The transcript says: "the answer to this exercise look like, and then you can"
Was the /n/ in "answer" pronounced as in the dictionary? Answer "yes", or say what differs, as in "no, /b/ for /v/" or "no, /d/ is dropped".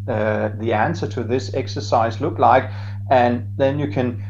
yes